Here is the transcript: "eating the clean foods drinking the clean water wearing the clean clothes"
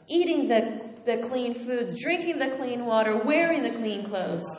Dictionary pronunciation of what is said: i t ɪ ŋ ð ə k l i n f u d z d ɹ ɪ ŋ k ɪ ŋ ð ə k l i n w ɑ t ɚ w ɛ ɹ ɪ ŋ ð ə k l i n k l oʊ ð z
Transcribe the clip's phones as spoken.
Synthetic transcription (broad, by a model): i t ɪ ŋ ð ə k l i n f u d z d ɹ ɪ ŋ k ɪ ŋ ð ə k l i n w ɑ t ɚ w ɛ ɹ ɪ ŋ ð ə k l i n k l oʊ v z